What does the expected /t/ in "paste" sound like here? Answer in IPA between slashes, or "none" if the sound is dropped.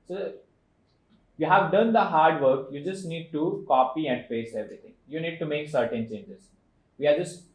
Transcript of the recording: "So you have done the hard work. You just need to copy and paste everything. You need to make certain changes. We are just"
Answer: none